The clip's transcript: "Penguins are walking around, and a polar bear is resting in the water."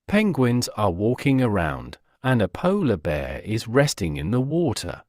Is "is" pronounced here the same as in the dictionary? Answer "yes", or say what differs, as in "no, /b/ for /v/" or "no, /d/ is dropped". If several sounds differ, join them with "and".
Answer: yes